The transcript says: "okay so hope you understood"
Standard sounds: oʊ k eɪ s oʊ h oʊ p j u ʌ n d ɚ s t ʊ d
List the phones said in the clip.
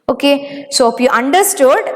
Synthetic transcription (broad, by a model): oʊ k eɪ s oʊ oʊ f j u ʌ n d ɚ s t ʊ d